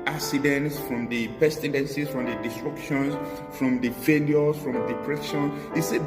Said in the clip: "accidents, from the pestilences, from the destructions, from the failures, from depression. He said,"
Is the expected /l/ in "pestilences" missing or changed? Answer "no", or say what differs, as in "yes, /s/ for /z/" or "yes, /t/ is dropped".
yes, /n/ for /l/